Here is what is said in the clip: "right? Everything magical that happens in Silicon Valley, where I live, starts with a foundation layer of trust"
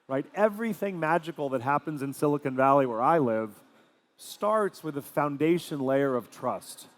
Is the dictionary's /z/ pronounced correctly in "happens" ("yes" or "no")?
yes